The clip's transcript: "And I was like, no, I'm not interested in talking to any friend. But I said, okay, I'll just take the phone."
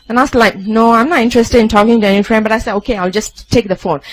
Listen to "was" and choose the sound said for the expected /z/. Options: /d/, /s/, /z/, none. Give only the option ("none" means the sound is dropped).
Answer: /s/